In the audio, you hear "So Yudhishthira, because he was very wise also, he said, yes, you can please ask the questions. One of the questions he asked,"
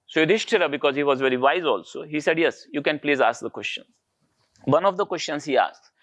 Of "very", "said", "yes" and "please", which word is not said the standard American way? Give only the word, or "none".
none